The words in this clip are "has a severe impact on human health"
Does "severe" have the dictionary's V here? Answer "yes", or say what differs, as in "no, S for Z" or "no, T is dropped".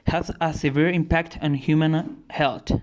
yes